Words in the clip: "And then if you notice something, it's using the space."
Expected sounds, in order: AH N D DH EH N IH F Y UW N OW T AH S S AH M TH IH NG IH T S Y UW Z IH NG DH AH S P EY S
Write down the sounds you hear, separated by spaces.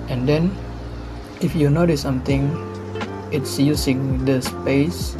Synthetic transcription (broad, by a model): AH N D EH N IH F Y UW N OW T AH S S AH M T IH NG IH T S Y UW S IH NG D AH S P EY S